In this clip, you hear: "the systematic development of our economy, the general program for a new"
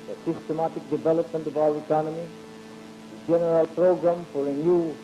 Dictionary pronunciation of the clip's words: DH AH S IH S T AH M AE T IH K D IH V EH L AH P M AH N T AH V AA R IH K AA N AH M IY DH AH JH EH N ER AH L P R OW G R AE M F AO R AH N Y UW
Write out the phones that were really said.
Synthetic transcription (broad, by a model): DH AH S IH S T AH M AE T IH K D IH V EH L AH P M AH N T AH B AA W IH K AA N AH M IY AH JH EH N ER AH L P R OW G R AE M F AO R AH N Y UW